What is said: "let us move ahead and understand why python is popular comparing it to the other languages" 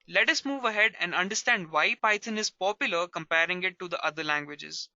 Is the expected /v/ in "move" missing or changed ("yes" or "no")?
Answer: no